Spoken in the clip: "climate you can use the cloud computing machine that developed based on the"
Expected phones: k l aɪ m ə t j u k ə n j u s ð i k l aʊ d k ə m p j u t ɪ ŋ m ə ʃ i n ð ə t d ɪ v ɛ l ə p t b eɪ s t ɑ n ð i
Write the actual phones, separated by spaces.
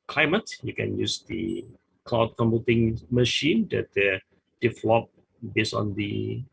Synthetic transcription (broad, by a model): k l aɪ m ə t j u k ə n j u s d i k l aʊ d k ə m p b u t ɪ ŋ m ə ʃ i n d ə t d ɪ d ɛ l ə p b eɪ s ɑ n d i